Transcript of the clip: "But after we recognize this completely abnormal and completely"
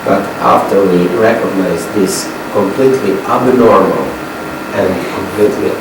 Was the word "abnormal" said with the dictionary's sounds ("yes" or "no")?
yes